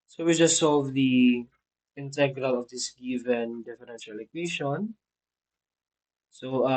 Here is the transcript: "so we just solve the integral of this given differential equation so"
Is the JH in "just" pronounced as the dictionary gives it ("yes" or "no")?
yes